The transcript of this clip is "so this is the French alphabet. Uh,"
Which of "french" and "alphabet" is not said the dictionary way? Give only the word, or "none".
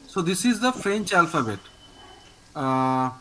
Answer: none